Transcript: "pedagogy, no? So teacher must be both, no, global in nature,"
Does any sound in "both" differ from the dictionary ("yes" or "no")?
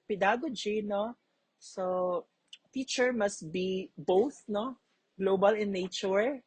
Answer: no